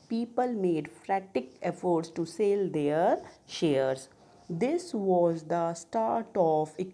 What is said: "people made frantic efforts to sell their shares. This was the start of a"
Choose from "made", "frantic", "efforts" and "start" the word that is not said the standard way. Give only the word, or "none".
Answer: frantic